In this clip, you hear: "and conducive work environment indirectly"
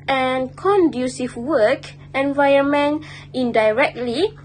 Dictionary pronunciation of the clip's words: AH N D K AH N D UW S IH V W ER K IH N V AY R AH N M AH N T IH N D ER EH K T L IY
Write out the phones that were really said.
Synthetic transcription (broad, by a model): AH N K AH N D UW S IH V W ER K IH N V AY AH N M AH N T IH N D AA EH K T L IY